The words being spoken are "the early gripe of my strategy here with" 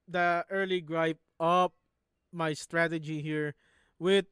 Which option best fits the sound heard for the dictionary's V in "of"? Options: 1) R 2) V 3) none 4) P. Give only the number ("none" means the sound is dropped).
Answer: 4